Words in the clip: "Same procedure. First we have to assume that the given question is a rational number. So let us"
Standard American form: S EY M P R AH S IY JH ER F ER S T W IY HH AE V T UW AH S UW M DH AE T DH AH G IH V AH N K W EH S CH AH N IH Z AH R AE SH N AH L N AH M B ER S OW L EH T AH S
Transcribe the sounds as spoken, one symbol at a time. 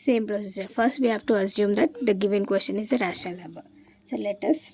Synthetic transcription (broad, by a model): S EY M P R AH S IY JH ER F ER S T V IY HH AE V T UW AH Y UW M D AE T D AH G IH V AH N K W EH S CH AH N IH Z AH R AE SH AH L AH B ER S OW L EH T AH S